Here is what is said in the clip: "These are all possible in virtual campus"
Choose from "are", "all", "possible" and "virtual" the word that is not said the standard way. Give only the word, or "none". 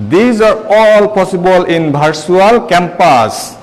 virtual